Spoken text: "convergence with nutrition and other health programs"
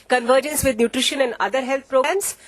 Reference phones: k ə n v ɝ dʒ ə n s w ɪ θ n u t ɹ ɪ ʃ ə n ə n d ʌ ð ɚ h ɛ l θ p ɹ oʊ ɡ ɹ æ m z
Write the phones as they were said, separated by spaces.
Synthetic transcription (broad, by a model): k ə n v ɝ dʒ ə n s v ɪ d n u t ɹ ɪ ʃ ə n ə n d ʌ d ɚ h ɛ l t p ɹ oʊ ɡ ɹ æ m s